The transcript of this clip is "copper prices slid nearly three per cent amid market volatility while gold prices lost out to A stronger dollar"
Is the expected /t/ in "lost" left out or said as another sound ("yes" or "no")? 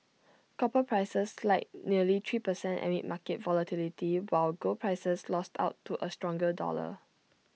no